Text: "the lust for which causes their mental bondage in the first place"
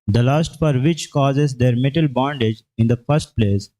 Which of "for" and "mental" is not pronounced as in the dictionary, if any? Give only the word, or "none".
mental